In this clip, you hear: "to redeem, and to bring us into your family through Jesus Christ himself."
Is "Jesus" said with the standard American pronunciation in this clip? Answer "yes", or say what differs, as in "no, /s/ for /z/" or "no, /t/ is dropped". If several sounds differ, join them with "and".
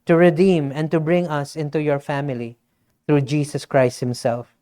no, /s/ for /z/